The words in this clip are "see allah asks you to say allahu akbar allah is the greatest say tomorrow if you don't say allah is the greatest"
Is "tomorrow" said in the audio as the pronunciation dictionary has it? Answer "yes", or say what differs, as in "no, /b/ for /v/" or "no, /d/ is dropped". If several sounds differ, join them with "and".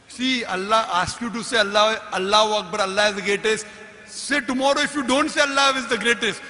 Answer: yes